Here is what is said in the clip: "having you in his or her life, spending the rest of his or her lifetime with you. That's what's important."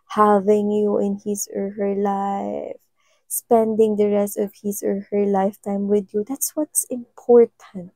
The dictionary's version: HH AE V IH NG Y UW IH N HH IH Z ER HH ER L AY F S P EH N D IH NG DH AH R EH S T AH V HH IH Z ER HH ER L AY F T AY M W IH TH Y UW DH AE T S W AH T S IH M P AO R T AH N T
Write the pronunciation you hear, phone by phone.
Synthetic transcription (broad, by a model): HH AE V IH NG Y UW IH N HH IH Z ER HH ER L AY F S P EH N D IH NG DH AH R EH S T AH V HH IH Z ER HH ER L AY F T AY M W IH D Y UW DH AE T S W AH T S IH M P AO R T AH N T